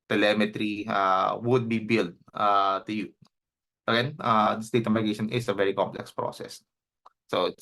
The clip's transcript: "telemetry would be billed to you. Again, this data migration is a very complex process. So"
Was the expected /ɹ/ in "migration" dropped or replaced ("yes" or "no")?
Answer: yes